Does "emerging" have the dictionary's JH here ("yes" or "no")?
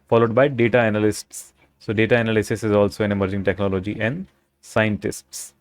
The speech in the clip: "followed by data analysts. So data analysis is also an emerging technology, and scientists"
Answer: yes